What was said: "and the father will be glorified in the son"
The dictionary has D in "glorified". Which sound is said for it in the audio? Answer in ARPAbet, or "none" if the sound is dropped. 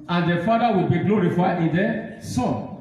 none